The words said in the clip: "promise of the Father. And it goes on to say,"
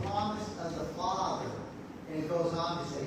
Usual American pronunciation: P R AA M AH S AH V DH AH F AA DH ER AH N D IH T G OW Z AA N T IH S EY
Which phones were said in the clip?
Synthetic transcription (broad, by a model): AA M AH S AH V DH AH F AA DH ER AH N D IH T G OW Z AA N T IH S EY